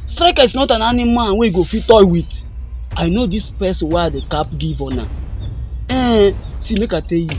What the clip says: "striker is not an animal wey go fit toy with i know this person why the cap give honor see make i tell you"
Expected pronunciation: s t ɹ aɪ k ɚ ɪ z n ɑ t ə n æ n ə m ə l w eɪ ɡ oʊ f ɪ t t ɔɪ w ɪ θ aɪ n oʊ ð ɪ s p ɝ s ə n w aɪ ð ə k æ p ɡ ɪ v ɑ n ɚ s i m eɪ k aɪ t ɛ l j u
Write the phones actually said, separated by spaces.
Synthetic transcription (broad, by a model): s t ɹ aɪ k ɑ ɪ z n ɑ t ə n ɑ n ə m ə n w eɪ ɡ oʊ f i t t ɔɪ w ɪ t aɪ n oʊ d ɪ s p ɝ s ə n w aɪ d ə k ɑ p ɡ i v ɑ n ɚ s i m eɪ k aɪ t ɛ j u